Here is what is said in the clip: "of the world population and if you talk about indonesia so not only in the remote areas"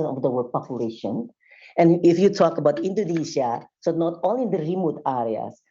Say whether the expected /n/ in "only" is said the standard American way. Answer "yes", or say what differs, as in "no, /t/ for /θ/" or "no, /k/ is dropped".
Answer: no, /n/ is dropped